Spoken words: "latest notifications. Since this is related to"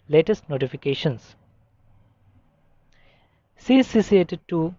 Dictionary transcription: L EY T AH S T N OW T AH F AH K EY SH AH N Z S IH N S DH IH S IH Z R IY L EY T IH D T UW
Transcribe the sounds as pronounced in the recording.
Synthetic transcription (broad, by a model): L EY T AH S T N OW T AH F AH K EY SH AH N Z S S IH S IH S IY EY T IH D T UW